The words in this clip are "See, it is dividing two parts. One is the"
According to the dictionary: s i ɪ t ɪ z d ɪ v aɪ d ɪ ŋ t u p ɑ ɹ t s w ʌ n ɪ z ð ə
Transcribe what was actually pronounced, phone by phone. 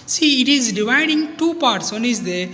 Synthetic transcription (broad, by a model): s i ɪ t ɪ z d ɪ v aɪ d ɪ ŋ t u p ɑ ɹ t s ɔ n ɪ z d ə